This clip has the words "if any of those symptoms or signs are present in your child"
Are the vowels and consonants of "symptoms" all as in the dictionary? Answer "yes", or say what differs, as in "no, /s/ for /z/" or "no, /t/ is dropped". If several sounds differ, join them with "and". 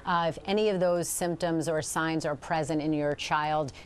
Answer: yes